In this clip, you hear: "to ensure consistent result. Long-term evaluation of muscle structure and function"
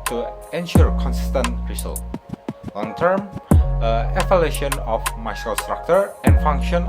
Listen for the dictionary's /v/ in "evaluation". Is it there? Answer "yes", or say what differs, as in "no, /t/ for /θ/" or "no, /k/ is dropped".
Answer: no, /f/ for /v/